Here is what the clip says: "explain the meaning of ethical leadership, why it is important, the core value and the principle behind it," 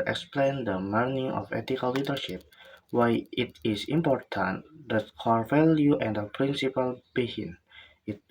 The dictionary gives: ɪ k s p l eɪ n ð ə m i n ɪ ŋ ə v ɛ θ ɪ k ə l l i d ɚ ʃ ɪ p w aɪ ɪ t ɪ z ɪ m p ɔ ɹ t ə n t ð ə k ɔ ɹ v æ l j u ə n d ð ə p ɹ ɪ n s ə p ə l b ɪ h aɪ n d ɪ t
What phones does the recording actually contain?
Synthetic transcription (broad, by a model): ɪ k s p l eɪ n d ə m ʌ n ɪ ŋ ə f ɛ t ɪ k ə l l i d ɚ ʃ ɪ p w aɪ ɪ t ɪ s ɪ m p ɔ ɹ t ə n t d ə k ɔ ɹ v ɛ l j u ə n d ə p ɹ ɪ n s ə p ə l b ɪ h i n ɪ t